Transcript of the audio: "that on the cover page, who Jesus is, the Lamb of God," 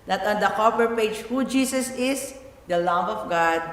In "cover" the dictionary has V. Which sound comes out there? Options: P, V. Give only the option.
P